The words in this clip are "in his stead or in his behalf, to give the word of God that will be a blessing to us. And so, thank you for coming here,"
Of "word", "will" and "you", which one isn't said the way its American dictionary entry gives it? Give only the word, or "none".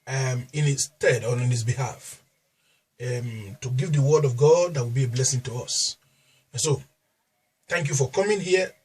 none